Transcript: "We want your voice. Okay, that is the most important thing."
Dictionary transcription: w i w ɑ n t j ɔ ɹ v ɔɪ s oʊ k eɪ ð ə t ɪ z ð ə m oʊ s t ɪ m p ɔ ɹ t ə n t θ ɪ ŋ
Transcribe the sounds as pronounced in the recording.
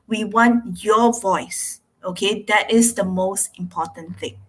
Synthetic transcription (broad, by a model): w i w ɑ n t j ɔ v ɔɪ s oʊ k eɪ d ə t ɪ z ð ə m oʊ s t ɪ m p ɔ t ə n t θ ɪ ŋ